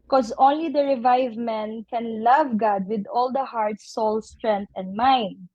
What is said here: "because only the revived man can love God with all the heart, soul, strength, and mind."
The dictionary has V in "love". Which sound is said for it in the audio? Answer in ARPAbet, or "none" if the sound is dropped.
V